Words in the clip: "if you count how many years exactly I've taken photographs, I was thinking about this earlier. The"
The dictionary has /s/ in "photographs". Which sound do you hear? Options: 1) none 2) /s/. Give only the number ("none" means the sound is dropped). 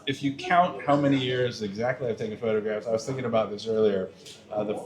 2